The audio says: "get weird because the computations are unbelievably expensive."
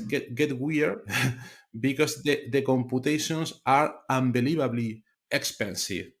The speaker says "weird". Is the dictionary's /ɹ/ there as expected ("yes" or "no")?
no